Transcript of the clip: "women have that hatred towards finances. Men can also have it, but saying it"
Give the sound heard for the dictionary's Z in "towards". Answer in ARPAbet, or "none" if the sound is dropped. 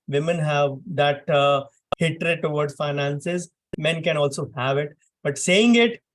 none